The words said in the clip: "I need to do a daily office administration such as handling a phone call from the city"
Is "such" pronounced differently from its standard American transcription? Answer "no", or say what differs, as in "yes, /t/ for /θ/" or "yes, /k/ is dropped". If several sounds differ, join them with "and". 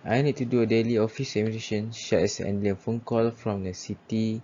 yes, /ʃ/ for /s/ and /s/ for /tʃ/